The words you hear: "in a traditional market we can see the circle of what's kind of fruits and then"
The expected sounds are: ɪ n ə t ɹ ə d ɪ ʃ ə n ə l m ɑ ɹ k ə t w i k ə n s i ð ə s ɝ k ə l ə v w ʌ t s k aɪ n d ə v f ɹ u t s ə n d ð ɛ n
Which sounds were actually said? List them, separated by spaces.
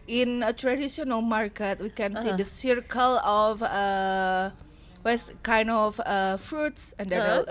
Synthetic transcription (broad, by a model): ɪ n ə t ɹ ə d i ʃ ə n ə l m ɑ ɹ k ə t w i k ə n s i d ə s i k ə l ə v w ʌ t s k aɪ n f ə f ɹ u t s ə n d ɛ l